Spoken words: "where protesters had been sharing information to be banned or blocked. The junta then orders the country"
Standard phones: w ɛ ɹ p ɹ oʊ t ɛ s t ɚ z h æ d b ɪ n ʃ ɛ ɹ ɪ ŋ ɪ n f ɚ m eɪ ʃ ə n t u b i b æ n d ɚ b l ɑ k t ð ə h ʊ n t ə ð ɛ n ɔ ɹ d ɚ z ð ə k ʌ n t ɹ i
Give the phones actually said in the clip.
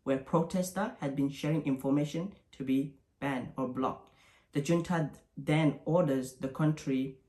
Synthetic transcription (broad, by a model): w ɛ p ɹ oʊ t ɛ s t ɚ h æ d b ɪ n ʃ ɛ ɹ ɪ ŋ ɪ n f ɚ m eɪ ʃ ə n t u b i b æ n ɚ b l ɑ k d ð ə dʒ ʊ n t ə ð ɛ n ɔ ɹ d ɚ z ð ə k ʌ n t ɹ i